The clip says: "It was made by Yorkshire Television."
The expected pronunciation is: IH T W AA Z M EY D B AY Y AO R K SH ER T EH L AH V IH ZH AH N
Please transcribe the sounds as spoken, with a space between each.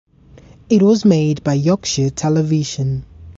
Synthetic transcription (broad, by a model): IH T W AA Z M EY D B AY Y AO K SH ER T EH L AH V IH ZH AH N